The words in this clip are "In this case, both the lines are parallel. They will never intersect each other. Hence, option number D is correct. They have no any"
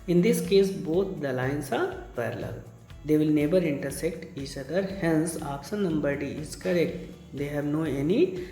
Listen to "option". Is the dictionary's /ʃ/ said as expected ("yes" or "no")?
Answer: no